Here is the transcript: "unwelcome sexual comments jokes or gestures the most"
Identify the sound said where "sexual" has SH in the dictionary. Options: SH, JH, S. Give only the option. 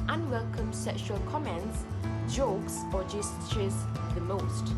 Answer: SH